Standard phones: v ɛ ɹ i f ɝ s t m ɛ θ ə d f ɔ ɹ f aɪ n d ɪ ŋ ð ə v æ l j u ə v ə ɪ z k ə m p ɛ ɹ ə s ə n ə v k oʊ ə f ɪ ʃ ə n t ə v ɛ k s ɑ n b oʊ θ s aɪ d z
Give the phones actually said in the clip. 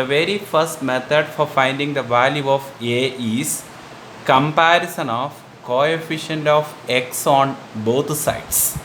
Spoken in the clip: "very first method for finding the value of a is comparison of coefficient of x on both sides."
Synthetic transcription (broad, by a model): v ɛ ɹ i f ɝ s t m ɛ t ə d f ɔ ɹ f aɪ n d ɪ ŋ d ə v æ l j u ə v ə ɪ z k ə m p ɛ ɹ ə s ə n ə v k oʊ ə f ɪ ʃ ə n t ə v ɛ k s ɑ n b oʊ t s aɪ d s